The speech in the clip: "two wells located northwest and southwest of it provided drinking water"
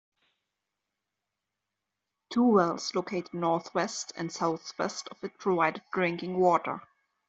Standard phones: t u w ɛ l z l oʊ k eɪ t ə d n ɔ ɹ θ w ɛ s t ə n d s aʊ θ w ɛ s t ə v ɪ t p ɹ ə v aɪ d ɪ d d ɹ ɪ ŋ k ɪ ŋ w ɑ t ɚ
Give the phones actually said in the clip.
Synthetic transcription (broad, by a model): t u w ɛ l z l oʊ k eɪ t ə d n ɔ ɹ θ w ɛ s t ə n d s aʊ θ w ɛ s t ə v ɪ t p ɹ ə v aɪ d ɪ d d ɹ ɪ ŋ k ɪ ŋ w ɑ t ɚ